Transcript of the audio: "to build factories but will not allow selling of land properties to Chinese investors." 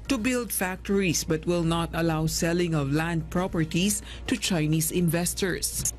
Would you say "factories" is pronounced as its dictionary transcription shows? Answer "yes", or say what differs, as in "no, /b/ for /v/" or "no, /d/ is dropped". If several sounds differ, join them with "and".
no, /s/ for /z/